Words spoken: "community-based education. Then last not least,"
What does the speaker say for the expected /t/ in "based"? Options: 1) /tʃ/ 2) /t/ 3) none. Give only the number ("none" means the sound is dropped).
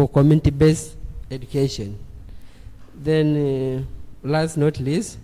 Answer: 3